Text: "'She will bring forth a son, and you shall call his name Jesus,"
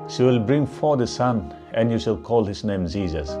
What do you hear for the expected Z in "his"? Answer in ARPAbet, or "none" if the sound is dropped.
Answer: S